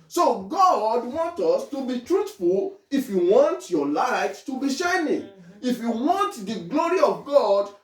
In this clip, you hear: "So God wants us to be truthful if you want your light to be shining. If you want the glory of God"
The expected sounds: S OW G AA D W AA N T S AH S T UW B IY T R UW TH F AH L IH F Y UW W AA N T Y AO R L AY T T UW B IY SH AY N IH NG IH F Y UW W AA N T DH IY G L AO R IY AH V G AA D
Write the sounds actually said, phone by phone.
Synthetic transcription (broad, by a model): S OW G AA D W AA N T AH S T UW B IY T R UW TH F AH L IH F Y UW W AA N T Y AO L AY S T UW B IY SH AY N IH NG IH F Y UW W AA N T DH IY G L AO R IY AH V G AA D